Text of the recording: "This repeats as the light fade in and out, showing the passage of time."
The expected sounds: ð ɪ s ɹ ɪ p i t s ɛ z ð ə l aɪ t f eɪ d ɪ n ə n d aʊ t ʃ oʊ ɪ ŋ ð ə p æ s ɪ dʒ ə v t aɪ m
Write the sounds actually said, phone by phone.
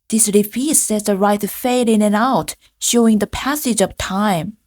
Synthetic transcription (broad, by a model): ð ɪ s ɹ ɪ f i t s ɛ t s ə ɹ aɪ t f eɪ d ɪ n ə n aʊ t ʃ oʊ ɪ ŋ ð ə p æ s ɪ dʒ ə v t aɪ m